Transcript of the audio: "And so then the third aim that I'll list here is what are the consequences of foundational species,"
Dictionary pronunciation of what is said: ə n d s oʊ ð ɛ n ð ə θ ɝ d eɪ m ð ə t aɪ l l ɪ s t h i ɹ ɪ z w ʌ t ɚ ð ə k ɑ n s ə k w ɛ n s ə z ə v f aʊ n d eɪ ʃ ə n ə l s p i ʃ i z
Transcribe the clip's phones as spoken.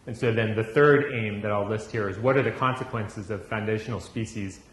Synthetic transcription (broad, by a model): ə n s oʊ ð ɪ n ð ə θ ɝ d eɪ m ð ə t aɪ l l ɪ s t h i ɹ ɪ z w ʌ t ɚ ð ə k ɑ n s ə k w ɛ n s ə z ə v f aʊ n d eɪ ʃ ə n l s p i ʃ i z